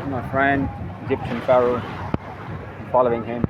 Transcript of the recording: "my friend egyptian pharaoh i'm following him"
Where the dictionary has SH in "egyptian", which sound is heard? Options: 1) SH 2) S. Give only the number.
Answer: 2